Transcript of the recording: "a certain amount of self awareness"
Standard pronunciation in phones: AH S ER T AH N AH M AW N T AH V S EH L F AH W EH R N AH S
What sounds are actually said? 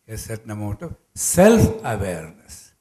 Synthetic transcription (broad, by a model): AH S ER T N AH M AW T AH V S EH L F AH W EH R N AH S